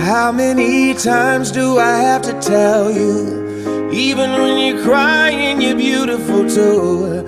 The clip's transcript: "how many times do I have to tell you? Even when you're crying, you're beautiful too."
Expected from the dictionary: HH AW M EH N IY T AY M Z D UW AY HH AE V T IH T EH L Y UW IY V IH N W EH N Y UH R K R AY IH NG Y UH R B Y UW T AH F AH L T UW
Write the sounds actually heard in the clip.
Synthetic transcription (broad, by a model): HH AW M EH N IY T AY M Z D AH AY HH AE F T IH T EH L Y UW IY V IH N W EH N Y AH R K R AY IH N Y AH R B Y UW T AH F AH L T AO